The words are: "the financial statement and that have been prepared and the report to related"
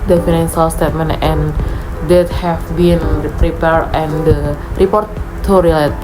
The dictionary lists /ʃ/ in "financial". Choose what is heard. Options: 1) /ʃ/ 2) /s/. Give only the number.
2